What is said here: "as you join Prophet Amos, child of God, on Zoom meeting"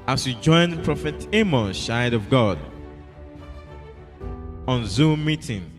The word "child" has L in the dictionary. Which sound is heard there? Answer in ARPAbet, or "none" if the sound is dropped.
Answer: none